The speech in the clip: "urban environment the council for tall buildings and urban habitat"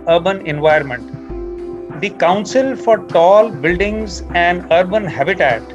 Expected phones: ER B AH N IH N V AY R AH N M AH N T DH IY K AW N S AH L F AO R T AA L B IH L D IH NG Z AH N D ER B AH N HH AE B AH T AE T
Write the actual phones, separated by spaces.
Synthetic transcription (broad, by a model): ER B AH N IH N V AY AH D M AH N T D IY K AW N S AH L F AO R T AA L B IH L D IH NG Z AH N D ER B AH N HH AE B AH T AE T